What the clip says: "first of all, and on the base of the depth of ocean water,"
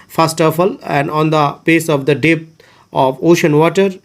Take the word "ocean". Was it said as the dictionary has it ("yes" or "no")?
yes